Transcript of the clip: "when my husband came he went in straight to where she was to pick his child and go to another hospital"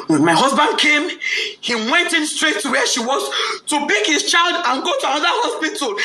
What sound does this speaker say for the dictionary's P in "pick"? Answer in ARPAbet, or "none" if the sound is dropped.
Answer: B